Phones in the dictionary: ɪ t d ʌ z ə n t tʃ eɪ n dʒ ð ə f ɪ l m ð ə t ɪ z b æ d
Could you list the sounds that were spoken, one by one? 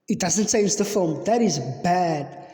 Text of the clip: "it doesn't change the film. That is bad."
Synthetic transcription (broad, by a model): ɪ t d ʌ z ə n t s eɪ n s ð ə f ɪ l m ð ə t ɪ z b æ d